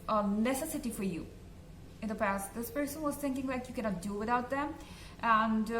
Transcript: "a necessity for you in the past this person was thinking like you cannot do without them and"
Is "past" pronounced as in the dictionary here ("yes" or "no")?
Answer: yes